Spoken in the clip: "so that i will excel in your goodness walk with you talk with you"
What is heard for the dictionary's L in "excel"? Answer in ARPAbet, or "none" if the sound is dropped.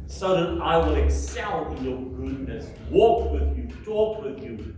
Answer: N